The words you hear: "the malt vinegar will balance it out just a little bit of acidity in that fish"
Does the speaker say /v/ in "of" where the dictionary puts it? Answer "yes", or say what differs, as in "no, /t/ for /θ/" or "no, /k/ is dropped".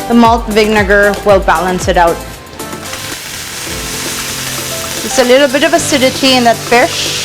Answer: yes